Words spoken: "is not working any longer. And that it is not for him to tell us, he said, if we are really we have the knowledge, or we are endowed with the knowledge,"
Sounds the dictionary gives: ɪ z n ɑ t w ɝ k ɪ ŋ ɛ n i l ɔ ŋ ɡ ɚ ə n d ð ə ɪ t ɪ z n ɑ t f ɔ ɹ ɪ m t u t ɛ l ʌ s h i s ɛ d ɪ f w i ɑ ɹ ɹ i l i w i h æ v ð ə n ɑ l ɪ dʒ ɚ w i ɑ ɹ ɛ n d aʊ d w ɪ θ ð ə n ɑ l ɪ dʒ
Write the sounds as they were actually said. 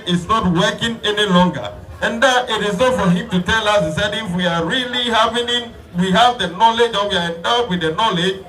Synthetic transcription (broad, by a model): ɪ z n ɑ t w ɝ k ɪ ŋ ɛ n i l ɔ ŋ ɡ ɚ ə n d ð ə ɪ t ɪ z n ɑ t f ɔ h ɪ m t u t ɛ l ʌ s h i s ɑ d ɪ f w i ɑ ɹ l i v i w i h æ v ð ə n ɑ l ɪ dʒ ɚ w i ɑ ɹ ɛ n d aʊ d w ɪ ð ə n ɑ l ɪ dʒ